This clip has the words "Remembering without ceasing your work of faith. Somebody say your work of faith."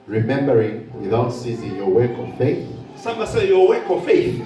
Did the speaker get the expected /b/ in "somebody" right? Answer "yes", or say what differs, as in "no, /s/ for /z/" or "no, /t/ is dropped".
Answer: no, /b/ is dropped